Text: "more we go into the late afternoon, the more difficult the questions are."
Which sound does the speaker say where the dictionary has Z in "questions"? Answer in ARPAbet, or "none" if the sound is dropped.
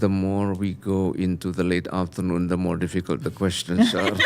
S